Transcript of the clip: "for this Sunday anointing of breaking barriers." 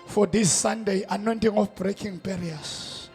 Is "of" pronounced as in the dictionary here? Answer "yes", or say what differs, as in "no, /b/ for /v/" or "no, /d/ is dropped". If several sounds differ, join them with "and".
no, /f/ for /v/